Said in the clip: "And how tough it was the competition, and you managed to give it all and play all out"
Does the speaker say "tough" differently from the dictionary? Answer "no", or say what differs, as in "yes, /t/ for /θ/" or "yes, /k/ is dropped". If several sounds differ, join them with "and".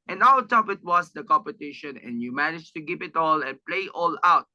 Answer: yes, /p/ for /f/